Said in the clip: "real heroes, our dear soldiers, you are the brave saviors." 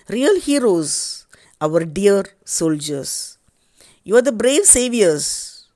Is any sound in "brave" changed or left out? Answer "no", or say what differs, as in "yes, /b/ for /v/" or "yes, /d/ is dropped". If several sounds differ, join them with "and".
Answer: no